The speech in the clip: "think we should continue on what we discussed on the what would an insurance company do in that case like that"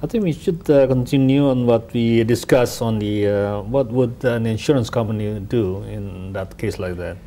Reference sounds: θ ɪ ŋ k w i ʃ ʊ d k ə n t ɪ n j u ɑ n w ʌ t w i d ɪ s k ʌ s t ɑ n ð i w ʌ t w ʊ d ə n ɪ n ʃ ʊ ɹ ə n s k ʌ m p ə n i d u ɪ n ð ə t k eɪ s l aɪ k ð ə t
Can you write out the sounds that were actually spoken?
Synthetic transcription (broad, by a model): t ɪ ŋ k w i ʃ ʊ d k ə n t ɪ n j u ɑ n w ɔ t w i d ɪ s k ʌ s ɑ n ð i w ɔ t w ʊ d ə n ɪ n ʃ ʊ ɹ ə n s k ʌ m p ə n i d u ɪ n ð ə t k eɪ s l aɪ k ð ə t